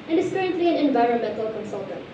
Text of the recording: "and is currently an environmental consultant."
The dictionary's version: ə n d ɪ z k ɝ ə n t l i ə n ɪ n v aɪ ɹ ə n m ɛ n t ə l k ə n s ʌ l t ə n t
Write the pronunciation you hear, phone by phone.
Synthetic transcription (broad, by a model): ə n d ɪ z k ɝ ə n t l i ə n ɪ n v aɪ ɹ ə n m ɛ n t ə l k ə n s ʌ l t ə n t